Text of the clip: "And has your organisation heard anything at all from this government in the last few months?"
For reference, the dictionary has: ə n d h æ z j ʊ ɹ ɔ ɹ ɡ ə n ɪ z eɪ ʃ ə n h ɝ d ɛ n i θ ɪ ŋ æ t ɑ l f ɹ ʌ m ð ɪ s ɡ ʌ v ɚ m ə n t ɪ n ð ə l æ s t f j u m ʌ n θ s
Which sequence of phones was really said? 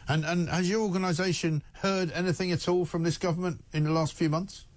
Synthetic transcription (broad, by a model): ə n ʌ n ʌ z j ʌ ɹ ɔ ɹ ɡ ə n ɪ z eɪ ʃ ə n h ɝ d ɛ n i θ ɪ ŋ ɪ t ɑ l f ɹ ʌ m ð ɪ s ɡ ʌ v ɚ m ə n t ɪ n ð ə l æ s t f j u m ʌ n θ s